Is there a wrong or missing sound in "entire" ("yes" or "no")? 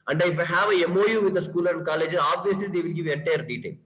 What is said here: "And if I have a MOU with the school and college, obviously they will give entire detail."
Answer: yes